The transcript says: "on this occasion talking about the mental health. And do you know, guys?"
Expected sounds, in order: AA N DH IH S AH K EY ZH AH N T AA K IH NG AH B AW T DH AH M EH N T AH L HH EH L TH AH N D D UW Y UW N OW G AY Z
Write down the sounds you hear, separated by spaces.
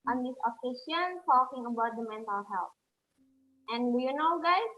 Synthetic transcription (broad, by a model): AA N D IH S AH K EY SH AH N T AA K IH NG AH B AW T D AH M EH N T AH L HH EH L T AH N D D UW Y UW N OW G AY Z